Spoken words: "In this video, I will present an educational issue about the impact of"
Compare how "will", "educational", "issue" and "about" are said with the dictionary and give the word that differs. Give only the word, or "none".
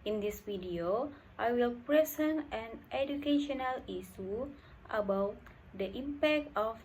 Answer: issue